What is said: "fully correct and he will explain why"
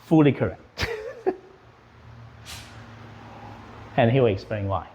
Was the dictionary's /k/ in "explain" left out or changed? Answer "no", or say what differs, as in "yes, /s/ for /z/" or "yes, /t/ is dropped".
no